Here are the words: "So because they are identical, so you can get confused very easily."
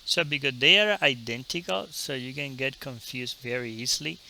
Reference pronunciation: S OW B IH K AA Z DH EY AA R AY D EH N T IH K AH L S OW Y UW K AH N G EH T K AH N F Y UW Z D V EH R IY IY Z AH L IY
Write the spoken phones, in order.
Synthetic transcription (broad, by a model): S OW B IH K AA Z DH EY AA R AY D EH N T IH K AH L S OW Y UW K AH N G EH T K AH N F Y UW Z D V EH R IY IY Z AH L IY